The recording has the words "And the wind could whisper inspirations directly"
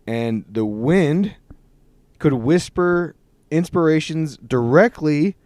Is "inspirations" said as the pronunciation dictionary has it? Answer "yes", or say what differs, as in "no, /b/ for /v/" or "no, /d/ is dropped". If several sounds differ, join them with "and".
yes